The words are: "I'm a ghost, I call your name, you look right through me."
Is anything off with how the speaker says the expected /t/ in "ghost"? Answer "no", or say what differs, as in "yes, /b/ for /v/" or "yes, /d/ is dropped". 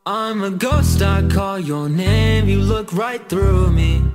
no